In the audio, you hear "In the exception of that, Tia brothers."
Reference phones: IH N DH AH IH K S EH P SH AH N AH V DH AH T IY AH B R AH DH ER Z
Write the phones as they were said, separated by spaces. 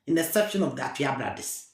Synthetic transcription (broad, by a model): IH N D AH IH S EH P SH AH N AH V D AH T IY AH B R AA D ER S